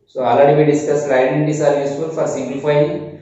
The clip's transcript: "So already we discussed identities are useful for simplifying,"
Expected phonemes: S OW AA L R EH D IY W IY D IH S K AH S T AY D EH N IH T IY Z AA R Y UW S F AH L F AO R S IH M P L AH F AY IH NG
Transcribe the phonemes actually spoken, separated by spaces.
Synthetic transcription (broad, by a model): S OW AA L AA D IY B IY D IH S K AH S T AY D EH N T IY S AA R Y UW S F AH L F AO R S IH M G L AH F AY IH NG